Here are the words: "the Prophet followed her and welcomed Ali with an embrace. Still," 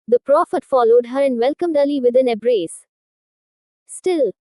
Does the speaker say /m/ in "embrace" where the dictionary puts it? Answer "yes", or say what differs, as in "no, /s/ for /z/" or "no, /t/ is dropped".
no, /m/ is dropped